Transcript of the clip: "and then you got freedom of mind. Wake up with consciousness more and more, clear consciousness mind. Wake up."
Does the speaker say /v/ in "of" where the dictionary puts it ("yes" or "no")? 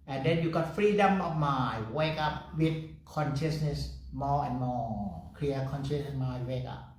no